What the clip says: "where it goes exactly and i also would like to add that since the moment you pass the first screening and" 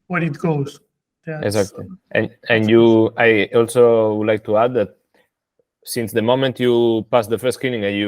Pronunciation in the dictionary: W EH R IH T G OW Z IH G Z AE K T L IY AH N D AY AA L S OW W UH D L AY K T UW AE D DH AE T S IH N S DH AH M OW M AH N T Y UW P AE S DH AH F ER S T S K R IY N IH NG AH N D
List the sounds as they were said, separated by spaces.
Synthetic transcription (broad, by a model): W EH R IH T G OW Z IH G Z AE K T L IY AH N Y AY AA L S OW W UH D L AY K T UW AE D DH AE T S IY N S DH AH M OW M AH N T Y UW P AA S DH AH F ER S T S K IY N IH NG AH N